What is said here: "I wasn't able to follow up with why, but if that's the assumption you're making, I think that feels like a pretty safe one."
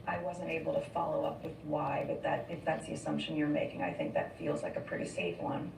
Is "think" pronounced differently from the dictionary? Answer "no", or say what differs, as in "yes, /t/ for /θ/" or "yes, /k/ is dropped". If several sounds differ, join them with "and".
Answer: no